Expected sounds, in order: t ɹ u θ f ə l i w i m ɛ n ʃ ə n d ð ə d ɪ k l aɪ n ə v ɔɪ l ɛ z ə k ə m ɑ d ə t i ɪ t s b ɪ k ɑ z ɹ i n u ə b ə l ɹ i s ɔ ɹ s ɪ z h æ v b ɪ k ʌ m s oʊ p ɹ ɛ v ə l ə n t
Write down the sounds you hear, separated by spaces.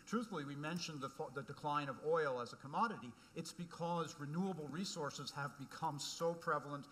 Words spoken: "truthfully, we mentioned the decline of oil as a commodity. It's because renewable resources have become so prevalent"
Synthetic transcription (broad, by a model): t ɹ u θ l i w i m ɛ n ʃ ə n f ð ə d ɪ k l aɪ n ə v ɔɪ l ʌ z ə k ə m ɑ d ə t i ɪ t s b ɪ k ɑ z ɹ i n u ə b l ɹ i s ɔ ɹ s ɪ z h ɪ v b ɪ k ʌ m s oʊ p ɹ ɛ v l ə n t